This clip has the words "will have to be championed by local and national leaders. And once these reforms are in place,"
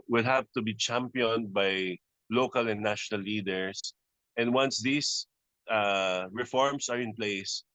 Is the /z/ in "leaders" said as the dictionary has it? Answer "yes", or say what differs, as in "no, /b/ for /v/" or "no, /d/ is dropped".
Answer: no, /s/ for /z/